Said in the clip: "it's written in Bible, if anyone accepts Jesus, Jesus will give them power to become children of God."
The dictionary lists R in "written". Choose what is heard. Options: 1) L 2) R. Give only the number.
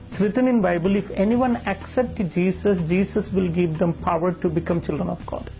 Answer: 2